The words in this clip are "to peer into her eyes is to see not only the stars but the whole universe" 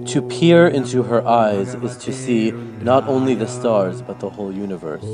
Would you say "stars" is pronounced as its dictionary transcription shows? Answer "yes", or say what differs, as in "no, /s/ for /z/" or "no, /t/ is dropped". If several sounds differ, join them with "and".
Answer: yes